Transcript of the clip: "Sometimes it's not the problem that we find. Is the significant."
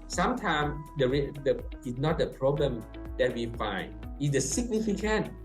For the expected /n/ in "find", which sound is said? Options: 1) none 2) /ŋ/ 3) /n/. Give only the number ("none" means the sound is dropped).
3